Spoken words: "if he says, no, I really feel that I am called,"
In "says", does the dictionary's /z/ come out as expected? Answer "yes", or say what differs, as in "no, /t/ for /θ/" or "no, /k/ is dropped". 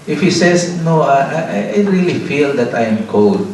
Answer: no, /s/ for /z/